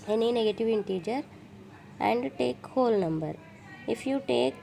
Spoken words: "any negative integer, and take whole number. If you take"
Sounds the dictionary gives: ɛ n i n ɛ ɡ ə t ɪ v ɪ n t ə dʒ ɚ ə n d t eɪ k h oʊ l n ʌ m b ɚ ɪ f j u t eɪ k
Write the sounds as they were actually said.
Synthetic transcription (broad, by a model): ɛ n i n ɛ ɡ ə t ɪ v ɪ n t ə dʒ ɚ ə n d t eɪ k h oʊ l n ʌ m b ɚ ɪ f j u t eɪ k